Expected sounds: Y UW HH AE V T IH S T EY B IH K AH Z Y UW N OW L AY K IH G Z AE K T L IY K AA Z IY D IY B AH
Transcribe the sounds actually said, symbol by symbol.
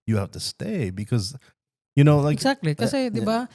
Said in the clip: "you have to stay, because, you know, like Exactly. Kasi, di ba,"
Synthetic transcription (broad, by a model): Y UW HH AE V T IH S T EY B IH K AH Z Y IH N OW L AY IH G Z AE K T L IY K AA S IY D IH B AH